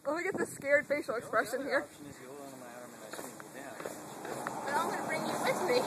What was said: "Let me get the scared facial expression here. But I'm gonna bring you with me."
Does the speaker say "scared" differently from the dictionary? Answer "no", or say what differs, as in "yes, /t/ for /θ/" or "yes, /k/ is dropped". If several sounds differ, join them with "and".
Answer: no